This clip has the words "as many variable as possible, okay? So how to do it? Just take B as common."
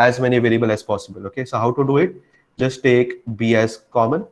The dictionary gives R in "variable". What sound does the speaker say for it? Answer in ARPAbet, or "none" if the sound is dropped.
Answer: L